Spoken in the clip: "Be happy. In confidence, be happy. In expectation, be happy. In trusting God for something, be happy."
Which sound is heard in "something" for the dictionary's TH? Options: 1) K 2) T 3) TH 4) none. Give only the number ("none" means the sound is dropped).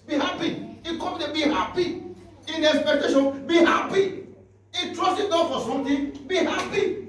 2